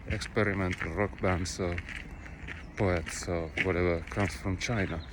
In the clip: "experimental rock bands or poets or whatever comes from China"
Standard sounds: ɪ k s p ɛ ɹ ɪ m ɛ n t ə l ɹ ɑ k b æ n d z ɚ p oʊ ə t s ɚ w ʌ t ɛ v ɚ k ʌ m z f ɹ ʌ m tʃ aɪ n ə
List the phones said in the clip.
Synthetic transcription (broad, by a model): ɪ k s p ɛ ɹ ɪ m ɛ n t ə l ɹ ɑ k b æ n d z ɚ p oʊ ə t s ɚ w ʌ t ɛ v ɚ k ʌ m s f ɹ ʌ m tʃ aɪ n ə